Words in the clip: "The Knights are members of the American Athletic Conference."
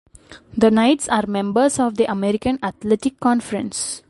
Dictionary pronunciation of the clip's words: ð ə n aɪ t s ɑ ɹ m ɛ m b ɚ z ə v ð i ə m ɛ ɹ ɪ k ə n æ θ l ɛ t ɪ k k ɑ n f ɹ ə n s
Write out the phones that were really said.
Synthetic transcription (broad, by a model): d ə n aɪ t s ɑ ɹ m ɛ m b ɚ s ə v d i ə m ɛ ɹ ɪ k ə n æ t l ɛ t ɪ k k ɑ n f ɹ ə n s